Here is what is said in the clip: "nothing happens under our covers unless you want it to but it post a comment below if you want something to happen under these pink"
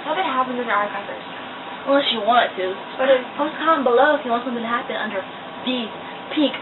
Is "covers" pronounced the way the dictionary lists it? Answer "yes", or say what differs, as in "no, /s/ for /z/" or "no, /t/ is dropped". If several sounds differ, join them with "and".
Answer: no, /v/ is dropped